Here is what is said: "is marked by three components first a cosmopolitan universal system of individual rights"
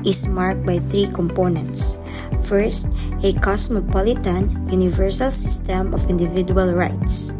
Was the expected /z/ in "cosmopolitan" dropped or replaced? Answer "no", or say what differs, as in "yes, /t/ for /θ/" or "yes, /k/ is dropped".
yes, /s/ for /z/